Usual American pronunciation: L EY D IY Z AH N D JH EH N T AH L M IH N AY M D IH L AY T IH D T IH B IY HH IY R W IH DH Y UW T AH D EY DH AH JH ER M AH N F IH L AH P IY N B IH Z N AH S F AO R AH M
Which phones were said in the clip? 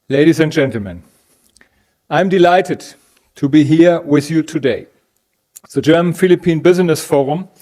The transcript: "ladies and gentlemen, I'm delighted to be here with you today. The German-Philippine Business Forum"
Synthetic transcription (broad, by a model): L EY D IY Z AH N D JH EH N T L M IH N AY M D IH L AY T IH D T IH B IY HH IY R W IH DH Y UW T AH D EY DH AH JH ER M AH N F IH L AH P IY N B IH Z N AH S F AO R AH M